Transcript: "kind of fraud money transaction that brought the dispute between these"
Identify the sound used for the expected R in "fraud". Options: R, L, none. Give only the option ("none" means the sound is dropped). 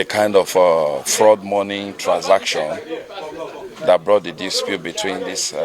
R